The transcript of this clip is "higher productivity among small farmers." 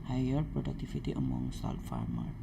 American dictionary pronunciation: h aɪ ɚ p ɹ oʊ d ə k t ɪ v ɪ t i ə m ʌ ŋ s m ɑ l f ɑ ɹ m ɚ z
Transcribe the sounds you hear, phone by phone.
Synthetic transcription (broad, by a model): h aɪ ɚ p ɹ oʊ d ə k t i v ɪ t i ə m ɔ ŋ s ɑ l f ɑ ɹ m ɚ